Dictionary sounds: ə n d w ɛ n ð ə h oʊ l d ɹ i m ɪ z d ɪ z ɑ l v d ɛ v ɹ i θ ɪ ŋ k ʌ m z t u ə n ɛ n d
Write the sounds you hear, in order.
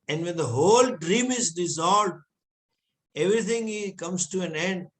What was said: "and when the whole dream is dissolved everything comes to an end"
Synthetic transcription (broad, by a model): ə n d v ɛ n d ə h oʊ l d ɹ i m ɪ z d ɪ z ɑ l v d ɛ v ɹ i t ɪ ŋ k ʌ m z t u ə n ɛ n d